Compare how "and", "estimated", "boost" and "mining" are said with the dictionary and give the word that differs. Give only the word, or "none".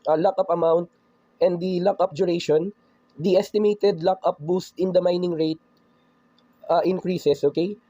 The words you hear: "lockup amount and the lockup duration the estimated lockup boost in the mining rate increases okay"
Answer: none